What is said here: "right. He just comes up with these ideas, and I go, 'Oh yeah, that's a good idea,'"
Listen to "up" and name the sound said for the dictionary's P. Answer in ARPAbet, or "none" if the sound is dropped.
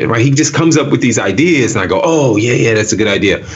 P